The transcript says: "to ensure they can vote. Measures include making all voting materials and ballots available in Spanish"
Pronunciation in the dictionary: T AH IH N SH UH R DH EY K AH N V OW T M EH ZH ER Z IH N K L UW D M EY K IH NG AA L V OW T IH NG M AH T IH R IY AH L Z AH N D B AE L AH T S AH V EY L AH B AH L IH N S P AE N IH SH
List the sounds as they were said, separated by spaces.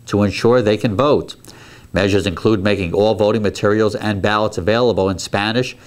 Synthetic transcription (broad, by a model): T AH IH N SH UH R DH EY K AH N V OW T M EH ZH ER Z IH N K L UW D M EY K IH NG AA L V OW T IH NG M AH T IH R IY L Z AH N B AE L AH T S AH V EY L AH B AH L IH N S P AE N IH SH